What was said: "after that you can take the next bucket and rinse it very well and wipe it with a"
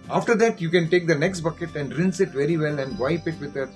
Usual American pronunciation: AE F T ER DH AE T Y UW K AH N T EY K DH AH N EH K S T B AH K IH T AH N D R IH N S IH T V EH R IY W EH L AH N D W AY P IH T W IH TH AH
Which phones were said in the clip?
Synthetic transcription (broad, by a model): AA F T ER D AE T Y UW K AH N T EY K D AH N EH K S T B AH K IH T AH N D R IH N S IH T V EH R IY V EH L AH N D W AY P IH T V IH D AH